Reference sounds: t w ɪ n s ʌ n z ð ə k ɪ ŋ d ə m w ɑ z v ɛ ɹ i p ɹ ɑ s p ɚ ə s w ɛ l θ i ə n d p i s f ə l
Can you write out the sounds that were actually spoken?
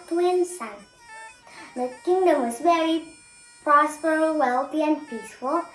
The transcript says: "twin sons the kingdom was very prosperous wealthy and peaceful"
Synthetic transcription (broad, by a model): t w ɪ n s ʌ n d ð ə k ɪ ŋ d ə m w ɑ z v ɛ ɹ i p ɑ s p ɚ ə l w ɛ l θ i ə n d p i s f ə l